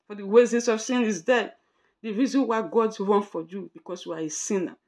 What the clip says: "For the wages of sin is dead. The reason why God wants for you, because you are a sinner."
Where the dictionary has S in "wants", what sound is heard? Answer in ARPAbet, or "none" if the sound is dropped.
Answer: none